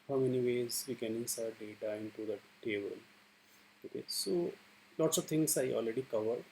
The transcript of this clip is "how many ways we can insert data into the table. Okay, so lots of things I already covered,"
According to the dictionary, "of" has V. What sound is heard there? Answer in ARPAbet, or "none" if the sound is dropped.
V